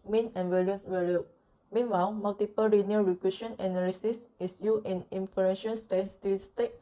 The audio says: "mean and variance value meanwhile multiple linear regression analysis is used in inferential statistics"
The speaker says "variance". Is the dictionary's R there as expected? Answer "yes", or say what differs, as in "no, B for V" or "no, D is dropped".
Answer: no, L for R